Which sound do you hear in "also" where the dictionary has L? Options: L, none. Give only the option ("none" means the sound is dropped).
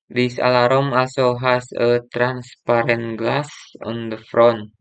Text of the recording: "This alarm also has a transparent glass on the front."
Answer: none